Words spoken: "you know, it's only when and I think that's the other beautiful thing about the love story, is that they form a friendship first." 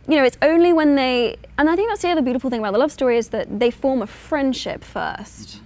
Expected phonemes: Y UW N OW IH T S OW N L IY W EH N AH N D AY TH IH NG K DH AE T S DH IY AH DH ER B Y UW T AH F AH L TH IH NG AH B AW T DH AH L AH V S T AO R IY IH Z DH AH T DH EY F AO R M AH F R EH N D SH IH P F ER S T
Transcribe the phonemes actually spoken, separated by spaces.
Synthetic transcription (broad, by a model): Y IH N OW IH T S OW N L IY W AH N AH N AY TH IH NG K DH AE T S DH IY AH DH ER B Y UW T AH F L TH IH NG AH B AW T DH AH L AH V S T AO R IY IH Z DH AH T DH EY F AO R M AH F R EH N D SH IH P F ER S T